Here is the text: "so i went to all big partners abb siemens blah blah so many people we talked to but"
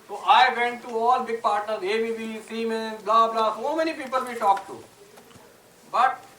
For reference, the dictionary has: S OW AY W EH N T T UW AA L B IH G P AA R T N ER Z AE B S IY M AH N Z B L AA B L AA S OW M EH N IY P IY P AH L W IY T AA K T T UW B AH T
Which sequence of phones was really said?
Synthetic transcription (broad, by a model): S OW AY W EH N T T UW AA L B IH G P AA R T N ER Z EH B S IY M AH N B L AA B L AA S OW M EH N IY P IY P AH L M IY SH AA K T T UW B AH T